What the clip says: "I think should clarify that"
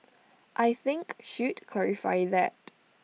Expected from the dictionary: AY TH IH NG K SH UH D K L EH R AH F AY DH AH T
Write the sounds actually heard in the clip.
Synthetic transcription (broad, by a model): AY TH IH NG K SH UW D K L EH R AH F AY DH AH T